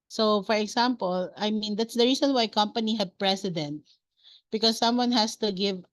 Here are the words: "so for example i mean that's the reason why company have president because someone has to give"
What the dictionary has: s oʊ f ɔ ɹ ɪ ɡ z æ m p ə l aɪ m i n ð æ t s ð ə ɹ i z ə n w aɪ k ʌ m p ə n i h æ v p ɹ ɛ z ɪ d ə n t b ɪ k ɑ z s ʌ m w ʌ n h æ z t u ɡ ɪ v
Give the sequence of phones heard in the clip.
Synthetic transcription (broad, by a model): s oʊ f ɔ ɹ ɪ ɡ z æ m p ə l aɪ m i n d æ t s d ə ɹ i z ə n w aɪ k ʌ m p ə n i h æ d p ɹ ɛ s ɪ d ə n t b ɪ k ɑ s ʌ m w ʌ n h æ s t u ɡ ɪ v